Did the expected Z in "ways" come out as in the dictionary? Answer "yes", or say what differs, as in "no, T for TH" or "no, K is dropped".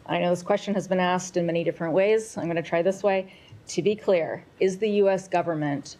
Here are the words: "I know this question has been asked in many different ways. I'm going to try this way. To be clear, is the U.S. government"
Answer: yes